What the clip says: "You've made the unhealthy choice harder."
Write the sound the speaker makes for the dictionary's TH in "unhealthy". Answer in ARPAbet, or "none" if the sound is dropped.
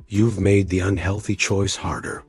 TH